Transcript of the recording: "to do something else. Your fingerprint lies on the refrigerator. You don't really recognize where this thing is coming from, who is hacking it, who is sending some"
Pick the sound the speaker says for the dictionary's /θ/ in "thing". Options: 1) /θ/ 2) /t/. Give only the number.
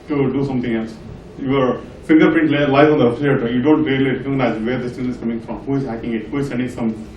2